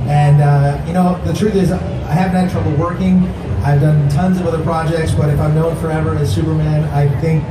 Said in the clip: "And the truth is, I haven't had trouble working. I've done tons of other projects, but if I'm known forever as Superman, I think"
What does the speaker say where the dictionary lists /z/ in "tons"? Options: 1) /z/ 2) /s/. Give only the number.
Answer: 1